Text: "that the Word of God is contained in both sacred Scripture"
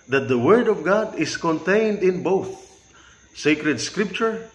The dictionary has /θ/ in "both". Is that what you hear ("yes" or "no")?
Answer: yes